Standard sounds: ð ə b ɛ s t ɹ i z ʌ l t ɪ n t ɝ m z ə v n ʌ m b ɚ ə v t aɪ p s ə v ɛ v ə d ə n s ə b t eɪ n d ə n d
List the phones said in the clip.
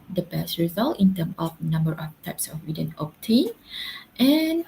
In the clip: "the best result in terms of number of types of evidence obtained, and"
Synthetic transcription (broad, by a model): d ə b ɛ s t ɹ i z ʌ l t ɪ n t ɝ m ə f n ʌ m b ɚ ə f t aɪ p s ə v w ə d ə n ə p t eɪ n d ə n